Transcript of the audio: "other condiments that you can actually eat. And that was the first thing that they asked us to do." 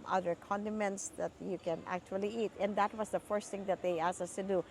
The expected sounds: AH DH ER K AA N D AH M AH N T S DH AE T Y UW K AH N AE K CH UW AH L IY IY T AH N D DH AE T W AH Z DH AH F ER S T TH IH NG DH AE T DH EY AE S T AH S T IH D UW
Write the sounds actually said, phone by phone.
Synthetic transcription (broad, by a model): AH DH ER K AA N D AH M AH N T S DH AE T Y UW K AH N AE K CH UW AH L IY IY T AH N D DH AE T W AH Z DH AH F ER S T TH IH NG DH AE T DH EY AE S AH S T IH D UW